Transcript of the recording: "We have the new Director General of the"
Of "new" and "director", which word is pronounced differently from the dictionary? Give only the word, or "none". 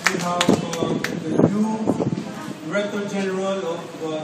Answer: director